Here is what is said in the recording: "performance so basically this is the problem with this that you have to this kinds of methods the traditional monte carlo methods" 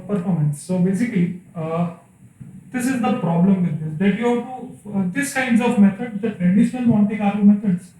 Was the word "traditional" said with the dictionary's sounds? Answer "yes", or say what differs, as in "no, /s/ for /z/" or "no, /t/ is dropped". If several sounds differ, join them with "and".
yes